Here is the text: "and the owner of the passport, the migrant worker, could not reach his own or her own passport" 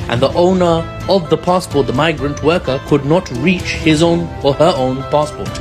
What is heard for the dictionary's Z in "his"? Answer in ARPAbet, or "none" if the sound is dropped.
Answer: Z